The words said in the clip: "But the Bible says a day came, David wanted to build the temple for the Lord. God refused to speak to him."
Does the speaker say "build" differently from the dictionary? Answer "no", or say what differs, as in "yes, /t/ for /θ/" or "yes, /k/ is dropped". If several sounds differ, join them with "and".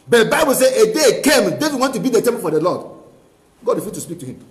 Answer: yes, /l/ is dropped